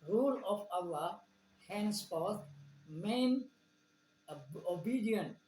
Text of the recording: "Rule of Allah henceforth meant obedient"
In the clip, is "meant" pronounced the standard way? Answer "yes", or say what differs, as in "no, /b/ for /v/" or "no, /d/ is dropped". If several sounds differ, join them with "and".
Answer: no, /t/ is dropped